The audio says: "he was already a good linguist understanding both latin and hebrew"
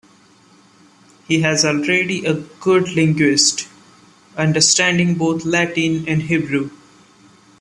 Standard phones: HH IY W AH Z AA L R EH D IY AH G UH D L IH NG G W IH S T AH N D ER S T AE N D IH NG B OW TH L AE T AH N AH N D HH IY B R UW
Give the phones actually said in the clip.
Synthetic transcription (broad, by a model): HH IY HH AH Z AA L R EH D IY AH G UH D L IH NG G W IH S T AH N D ER S T AE N D IH NG B OW T L AE T AH N AH N D HH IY B R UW